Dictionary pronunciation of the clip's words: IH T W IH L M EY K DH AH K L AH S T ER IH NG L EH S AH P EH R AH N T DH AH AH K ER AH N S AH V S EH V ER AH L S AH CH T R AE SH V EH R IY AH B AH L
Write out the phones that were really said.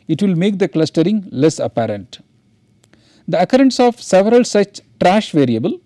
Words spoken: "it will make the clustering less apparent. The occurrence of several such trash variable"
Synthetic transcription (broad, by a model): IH T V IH L M EY K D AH K L AH S T ER IH NG L EH S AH P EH R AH N T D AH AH K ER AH N S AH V S EH V ER AH L S AH CH T R AE SH V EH R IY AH B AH L